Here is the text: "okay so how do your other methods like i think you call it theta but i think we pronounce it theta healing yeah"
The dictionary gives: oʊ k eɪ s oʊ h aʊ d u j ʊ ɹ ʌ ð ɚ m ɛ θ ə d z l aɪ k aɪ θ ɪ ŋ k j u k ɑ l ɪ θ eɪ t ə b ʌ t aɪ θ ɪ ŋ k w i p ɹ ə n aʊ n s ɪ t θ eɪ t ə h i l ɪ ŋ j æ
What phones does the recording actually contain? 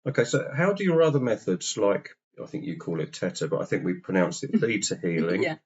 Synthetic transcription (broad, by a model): oʊ k eɪ s oʊ h aʊ d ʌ j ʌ ɹ ʌ ð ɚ m ɛ θ ə d z l aɪ k aɪ θ ɪ ŋ k j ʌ k ɑ l ɪ t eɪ t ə b ʌ t aɪ θ ɪ ŋ k w i p ɹ ə n aʊ n s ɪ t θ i t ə h i l ɪ ŋ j